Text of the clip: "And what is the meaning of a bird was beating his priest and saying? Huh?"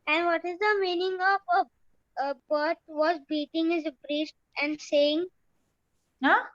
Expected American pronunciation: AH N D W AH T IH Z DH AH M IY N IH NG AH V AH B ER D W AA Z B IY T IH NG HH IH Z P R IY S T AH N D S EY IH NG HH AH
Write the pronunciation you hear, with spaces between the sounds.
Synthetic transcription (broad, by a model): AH N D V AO T IH Z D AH M IY N IH NG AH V AH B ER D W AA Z B IY T IH NG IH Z B R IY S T AH N D S EY IH NG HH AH